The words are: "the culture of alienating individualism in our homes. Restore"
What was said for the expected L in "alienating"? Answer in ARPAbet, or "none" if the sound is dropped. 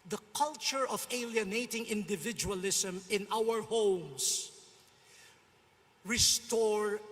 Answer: L